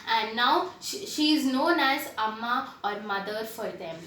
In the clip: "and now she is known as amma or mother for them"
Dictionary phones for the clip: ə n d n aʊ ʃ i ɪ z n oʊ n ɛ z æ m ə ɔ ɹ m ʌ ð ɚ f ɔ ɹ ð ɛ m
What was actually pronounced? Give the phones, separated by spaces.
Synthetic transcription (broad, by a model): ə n d n aʊ ʃ i ɪ z n oʊ n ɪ s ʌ m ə ɔ ɹ m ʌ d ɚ f ɔ ɹ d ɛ m